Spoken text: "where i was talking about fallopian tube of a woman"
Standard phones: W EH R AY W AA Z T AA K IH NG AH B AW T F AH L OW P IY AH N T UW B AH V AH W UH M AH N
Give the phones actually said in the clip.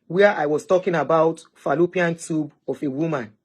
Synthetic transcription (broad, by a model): W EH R AY W AA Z T AA K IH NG AH B AW T F AH L OW P IY AH N T UW B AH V AH W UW M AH N